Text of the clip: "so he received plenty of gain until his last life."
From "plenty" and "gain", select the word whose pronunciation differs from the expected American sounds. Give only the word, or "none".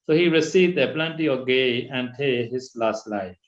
gain